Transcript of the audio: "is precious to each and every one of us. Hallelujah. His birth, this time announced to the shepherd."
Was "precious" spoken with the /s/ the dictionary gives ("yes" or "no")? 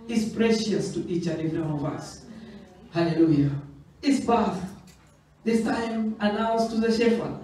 yes